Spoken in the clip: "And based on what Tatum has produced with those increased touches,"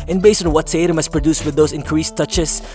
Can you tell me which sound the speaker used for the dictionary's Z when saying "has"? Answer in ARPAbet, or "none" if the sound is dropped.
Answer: S